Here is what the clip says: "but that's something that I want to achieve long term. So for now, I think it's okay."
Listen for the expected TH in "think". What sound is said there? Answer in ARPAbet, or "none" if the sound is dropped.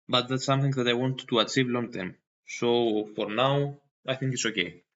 TH